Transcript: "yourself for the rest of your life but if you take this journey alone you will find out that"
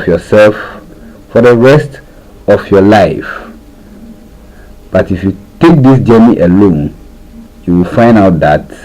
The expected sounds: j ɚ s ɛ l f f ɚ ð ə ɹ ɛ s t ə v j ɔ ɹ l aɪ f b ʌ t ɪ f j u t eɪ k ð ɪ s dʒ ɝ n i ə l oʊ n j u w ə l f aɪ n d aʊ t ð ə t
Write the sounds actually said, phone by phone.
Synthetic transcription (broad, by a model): j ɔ s ɛ l f f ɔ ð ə ɹ ɛ s t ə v j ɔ l aɪ f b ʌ t ɪ f j u t eɪ k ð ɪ s dʒ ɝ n i ə l oʊ n j u w ə l f aɪ n d aʊ t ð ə t